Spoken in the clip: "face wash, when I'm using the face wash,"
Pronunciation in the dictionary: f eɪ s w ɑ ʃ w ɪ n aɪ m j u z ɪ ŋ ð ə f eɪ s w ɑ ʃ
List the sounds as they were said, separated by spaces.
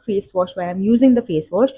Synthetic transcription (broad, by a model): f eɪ s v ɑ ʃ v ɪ aɪ m j u z ɪ ŋ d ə f eɪ s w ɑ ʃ